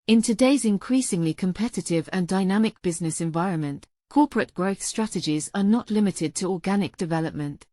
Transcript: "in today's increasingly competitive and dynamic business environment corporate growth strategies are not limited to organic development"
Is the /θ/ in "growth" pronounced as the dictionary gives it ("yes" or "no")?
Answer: yes